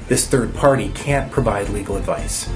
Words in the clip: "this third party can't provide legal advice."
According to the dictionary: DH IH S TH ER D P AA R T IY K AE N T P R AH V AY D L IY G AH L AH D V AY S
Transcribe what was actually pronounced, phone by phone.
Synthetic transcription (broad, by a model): DH IH S TH ER D P AA R T IY K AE N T P R AH V AY D L IY G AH L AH D V AY S